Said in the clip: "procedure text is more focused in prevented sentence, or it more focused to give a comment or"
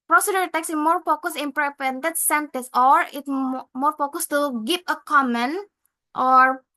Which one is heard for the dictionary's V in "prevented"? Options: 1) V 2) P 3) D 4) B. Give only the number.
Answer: 2